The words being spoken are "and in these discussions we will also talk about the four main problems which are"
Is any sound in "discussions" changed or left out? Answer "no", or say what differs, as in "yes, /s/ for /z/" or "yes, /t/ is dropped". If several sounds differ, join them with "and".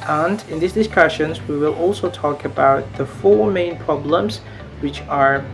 no